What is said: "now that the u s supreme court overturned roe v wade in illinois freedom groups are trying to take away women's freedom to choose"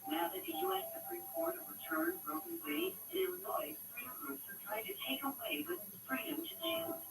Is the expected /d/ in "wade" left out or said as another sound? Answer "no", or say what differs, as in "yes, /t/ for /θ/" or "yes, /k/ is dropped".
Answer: yes, /d/ is dropped